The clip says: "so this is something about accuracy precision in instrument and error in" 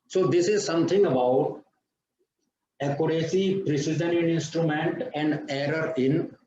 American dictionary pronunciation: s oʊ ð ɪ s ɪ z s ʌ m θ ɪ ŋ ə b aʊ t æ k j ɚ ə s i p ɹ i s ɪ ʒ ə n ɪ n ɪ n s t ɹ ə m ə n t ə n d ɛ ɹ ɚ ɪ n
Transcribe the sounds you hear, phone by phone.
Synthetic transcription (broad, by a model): s oʊ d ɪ s ɪ z s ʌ m t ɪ ŋ ə b aʊ t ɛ k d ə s i p ɹ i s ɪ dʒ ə n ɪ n ɪ n s t ɹ ə m ə n t ə n d ɛ ɹ ɚ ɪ n